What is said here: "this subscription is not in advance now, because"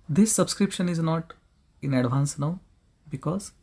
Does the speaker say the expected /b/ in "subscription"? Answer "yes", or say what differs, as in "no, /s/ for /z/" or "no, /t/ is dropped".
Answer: yes